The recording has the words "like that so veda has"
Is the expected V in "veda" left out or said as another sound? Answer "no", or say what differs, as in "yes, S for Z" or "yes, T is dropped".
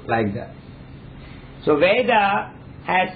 no